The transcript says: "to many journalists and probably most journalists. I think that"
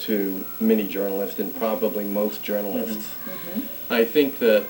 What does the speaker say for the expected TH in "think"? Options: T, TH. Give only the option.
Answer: TH